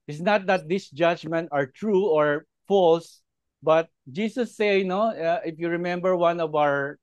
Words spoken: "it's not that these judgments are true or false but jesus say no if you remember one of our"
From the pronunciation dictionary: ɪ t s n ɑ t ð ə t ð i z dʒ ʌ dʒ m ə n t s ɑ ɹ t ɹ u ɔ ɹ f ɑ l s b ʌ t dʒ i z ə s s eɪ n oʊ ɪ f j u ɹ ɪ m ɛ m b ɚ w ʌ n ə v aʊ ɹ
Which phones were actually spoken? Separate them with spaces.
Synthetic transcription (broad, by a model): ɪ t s n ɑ t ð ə t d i s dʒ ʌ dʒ m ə n t ɑ ɹ t ɹ u ɔ ɹ f ɑ l s b ʌ t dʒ i s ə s s eɪ n oʊ ɪ f j u ɹ ɪ m ɛ m b ɚ w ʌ n ə v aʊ ɹ